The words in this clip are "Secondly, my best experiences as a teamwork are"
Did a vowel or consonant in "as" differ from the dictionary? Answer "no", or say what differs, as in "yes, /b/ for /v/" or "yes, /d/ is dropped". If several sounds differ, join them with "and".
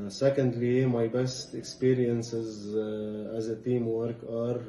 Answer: no